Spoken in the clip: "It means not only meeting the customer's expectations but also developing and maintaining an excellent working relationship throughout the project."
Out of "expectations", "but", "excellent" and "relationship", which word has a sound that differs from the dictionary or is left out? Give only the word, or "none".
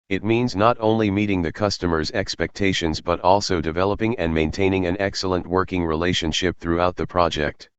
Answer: none